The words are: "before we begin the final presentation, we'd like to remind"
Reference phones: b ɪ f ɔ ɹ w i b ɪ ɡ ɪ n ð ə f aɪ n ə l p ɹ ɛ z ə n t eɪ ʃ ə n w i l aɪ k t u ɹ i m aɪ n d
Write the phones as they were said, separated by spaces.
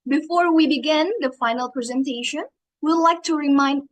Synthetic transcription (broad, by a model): b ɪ f ɔ ɹ w i b ɪ ɡ ɪ n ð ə f aɪ n ə l p ɹ ɛ z ə n t eɪ ʃ ə n w i l aɪ k t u ɹ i m aɪ n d